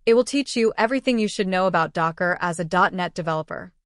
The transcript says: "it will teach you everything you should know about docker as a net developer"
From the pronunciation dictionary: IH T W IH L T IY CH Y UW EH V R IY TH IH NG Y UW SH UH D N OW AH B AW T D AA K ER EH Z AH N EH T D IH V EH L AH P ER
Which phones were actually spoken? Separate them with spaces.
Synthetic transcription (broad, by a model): IH T W IH L T IY CH Y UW EH V R IY TH IH NG Y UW SH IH D N OW AH B AW T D AA K ER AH Z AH N EH T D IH V EH L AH P ER